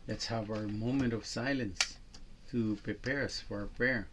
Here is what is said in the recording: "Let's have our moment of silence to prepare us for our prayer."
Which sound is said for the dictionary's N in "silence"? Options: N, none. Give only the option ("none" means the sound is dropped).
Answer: N